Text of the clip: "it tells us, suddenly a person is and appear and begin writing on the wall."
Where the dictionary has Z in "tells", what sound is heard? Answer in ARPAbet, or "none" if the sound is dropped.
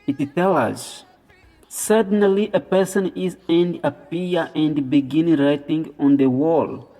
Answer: none